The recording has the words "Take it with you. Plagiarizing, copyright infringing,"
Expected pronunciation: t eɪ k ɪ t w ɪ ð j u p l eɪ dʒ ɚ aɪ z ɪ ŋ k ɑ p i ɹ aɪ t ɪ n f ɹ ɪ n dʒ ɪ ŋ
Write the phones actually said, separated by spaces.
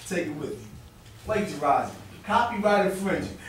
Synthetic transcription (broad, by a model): t eɪ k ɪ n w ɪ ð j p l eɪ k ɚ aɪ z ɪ k ɑ p i ɹ aɪ t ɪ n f ɹ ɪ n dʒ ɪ